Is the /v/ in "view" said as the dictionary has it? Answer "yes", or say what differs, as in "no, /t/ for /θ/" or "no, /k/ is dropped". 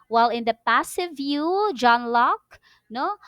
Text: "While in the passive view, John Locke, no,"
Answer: yes